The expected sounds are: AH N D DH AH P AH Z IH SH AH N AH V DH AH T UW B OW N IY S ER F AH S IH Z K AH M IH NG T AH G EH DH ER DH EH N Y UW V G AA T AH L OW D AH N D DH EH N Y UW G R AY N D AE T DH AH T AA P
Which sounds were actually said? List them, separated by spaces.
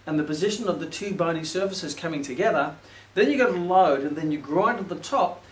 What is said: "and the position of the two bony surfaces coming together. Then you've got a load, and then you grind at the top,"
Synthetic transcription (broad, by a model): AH N DH AH P AH Z IH SH AH N AH V DH AH T UW B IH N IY S ER F AH S IH Z K AH M IH NG T AH G EH DH ER DH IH N Y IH G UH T AH L OW D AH N DH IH N Y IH G R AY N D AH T DH AH T AA P